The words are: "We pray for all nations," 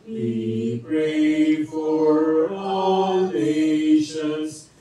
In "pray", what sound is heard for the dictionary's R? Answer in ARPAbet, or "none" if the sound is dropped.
R